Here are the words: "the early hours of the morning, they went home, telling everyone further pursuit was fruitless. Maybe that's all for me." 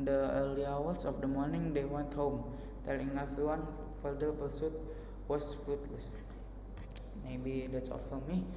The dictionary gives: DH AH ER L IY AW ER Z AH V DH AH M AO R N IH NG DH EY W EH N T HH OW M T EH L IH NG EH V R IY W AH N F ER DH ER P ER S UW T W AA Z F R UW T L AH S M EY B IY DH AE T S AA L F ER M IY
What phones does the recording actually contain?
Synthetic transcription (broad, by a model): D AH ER L IY AW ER S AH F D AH M AO R N IH NG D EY W EH N T HH OW M T EH L IH NG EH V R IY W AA N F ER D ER B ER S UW T W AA S F R UW T L AH S M EY B IY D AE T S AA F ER M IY